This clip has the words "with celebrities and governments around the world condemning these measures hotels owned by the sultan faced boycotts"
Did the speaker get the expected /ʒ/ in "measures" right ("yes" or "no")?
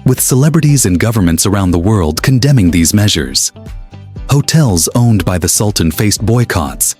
yes